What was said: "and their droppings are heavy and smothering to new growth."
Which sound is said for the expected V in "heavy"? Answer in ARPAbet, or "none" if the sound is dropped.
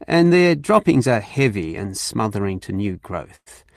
V